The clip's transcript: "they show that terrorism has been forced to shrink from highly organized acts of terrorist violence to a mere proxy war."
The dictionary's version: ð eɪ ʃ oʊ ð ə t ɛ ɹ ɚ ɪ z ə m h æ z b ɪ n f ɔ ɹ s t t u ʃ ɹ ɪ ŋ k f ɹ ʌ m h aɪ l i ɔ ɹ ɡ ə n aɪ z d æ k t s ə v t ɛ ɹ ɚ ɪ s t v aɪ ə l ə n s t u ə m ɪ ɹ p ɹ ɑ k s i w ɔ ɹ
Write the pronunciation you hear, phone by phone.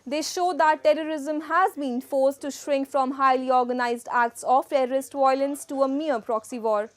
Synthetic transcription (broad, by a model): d eɪ ʃ oʊ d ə t ɛ ɹ ɚ ɪ z ə m h æ z b ɪ n f ɔ ɹ s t t u ʃ ɹ ɪ ŋ k f ɹ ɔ m h aɪ l i ɔ ɹ ɡ ə n aɪ z d æ k t s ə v t ɛ ɹ ɚ ɪ s t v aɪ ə l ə n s t u ə m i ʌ p ɹ ɑ k s i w ɔ ɹ